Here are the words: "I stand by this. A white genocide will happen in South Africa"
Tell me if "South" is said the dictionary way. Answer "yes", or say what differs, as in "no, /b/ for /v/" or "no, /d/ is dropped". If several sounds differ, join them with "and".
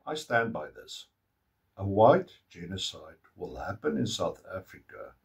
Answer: yes